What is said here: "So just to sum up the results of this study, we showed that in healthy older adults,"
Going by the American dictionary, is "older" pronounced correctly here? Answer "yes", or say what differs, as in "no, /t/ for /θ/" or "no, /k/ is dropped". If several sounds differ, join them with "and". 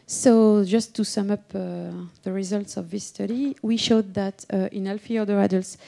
no, /l/ is dropped